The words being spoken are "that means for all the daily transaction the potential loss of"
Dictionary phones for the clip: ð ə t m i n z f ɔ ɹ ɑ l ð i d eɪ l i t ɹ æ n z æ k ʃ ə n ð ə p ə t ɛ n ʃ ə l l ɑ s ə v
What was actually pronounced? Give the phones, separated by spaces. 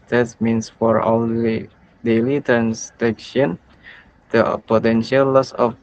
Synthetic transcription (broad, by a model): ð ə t m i n s f ɔ ɹ ɑ l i d eɪ l i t ɹ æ n s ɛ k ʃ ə n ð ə p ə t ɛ n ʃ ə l l ɑ s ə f